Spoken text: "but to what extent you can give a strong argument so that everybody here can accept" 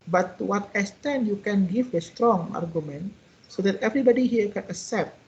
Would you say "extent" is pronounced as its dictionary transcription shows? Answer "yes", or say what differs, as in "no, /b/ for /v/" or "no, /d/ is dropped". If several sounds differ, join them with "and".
no, /k/ is dropped